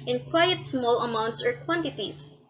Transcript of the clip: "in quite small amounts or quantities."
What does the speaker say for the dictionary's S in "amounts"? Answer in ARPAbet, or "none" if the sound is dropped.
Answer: S